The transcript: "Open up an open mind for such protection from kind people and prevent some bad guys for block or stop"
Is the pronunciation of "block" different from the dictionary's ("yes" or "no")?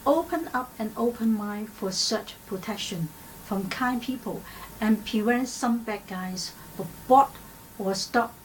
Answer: yes